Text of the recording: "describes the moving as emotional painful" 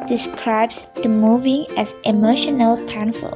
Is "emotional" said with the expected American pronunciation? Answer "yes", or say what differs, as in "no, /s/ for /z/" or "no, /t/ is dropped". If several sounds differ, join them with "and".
yes